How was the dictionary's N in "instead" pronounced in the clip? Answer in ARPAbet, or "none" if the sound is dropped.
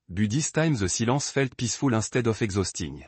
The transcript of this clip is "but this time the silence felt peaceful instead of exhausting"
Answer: none